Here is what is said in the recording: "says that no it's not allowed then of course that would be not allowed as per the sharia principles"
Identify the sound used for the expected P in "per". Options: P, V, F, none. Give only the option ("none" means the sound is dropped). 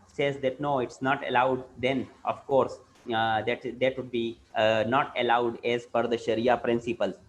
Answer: F